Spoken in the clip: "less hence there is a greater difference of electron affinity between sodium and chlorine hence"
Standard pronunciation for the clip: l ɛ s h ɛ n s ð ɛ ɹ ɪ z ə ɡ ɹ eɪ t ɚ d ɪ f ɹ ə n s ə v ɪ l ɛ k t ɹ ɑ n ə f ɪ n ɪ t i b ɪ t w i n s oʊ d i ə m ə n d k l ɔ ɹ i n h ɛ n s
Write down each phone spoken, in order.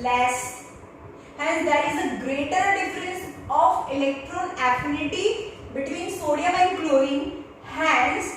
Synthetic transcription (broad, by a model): l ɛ s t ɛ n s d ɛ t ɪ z ə ɡ ɹ eɪ t ɚ d ɪ f ɹ ə n s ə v ɪ l ɛ k t ɹ ɑ n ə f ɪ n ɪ t i b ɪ t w i n s oʊ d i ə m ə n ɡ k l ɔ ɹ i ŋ h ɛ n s